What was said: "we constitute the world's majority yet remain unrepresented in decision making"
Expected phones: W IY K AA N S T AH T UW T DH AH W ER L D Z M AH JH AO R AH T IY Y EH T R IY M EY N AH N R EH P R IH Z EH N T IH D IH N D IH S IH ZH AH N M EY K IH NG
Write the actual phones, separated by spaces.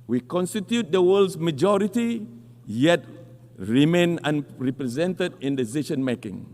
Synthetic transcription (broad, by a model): W IY K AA N S T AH T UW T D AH W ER L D S M AH JH AO R AH T IY Y EH T R IY M EY N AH N R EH P R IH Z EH N T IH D IH N D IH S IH SH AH N M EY K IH NG